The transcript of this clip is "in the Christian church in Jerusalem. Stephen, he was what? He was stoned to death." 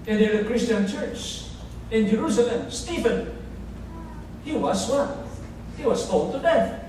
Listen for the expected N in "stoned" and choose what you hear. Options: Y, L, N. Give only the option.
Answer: L